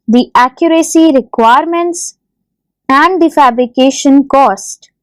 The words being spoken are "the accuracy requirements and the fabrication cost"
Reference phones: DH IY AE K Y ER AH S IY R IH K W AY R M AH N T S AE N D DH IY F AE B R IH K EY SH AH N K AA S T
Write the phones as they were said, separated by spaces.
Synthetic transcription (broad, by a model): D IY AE K Y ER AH S IY R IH K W AY R M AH N T S AE N D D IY F AE B R IH K EY SH AH N K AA S T